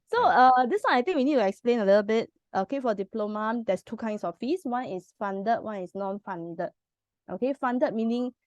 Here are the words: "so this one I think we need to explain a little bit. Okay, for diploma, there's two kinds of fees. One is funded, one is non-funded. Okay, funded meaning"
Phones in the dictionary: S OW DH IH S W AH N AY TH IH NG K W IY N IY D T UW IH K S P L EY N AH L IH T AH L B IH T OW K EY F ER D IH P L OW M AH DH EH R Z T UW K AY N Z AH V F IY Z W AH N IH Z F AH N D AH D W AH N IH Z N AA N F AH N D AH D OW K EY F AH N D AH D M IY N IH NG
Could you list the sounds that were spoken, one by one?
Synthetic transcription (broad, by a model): S OW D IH S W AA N AY T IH NG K W IY N IY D T UW IH K S P L EY N AH L IH T AH L B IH T OW K EY F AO D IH P L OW M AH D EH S T UW K AY N S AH F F IY S W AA N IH S F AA N D AH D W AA N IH S N AA N F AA N D AH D OW K EY F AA N D AH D M IY N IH NG